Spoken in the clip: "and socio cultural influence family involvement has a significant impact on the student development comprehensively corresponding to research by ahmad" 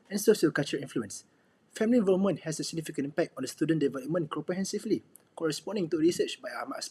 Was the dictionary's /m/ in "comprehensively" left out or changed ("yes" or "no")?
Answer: yes